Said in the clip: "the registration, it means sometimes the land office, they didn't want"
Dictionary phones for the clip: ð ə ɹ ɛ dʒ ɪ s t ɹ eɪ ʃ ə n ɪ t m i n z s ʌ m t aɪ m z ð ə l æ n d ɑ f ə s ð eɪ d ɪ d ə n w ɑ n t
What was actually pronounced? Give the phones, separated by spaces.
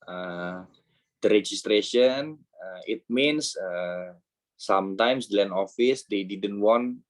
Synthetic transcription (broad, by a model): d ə ɹ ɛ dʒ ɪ s t ɹ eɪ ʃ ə n ɪ t m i n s s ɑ m t aɪ m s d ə l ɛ n ɑ f ə s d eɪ d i d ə n w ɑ n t